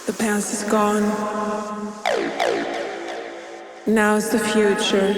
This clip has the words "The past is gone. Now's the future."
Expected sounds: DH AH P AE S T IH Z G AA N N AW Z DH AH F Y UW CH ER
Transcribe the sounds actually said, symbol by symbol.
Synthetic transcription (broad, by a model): DH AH P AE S IH Z G AA N N AW Z DH AH F Y UW CH ER